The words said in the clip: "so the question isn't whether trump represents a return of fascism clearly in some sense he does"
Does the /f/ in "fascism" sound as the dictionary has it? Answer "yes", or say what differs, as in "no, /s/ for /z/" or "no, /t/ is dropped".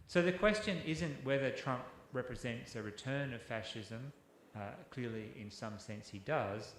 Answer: yes